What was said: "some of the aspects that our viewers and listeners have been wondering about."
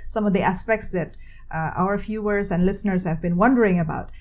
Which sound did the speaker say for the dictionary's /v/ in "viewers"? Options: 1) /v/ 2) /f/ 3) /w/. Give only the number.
2